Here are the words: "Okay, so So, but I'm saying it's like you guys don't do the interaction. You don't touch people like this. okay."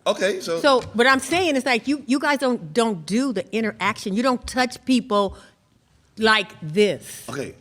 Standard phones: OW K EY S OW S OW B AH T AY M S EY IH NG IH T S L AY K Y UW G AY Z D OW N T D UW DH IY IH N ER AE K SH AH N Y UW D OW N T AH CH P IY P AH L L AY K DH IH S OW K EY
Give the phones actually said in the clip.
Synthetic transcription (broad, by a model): OW K EY S OW S OW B AH T AY M S EY IH NG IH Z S L AY K Y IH G AY Z D OW N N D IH DH IY IH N ER AE K SH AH N Y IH D OW N T AH CH P IY P L L AY K DH IH S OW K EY